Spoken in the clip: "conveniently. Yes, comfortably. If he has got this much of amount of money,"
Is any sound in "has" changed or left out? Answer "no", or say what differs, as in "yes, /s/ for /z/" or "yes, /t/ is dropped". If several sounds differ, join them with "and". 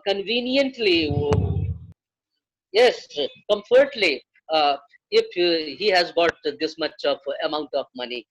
no